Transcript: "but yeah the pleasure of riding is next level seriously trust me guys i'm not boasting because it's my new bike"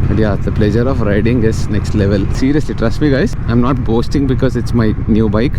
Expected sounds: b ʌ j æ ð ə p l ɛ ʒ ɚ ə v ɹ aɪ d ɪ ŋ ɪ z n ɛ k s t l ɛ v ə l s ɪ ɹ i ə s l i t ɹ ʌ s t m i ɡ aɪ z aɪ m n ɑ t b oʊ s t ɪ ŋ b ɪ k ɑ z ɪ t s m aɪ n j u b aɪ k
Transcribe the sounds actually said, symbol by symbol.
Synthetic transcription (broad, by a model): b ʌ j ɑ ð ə p l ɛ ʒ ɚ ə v ɹ aɪ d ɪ ŋ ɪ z n ɛ k s t l ɛ v ə l s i ɹ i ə s l i t ɹ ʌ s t m i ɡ aɪ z aɪ m n ɑ t b oʊ s t ɪ ŋ b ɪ k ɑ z ɪ t s m aɪ n j u b aɪ k